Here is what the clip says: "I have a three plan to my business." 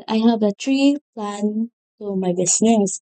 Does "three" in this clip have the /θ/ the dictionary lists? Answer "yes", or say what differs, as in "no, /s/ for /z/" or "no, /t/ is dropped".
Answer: no, /t/ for /θ/